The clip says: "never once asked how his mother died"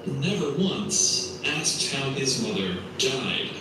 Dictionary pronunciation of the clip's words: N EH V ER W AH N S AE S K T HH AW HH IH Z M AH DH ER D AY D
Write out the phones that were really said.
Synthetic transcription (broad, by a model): N EH V ER W AH N S AE S K T HH AW IH Z M AH DH ER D AY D